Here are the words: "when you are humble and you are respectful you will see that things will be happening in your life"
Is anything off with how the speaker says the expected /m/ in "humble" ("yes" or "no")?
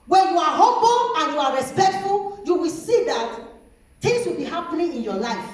yes